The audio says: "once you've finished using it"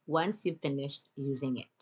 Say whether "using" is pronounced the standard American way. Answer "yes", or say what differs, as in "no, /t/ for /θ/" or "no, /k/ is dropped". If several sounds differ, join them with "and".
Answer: yes